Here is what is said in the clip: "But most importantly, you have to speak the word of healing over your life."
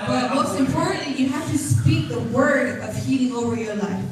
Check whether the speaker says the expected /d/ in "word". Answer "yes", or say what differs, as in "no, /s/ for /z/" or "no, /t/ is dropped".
yes